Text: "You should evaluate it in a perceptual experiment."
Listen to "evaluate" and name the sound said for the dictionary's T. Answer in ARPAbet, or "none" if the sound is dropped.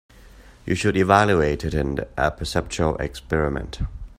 T